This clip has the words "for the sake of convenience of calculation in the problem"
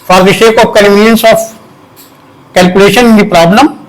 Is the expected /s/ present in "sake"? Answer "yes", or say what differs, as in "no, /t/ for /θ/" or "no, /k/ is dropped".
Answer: no, /ʃ/ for /s/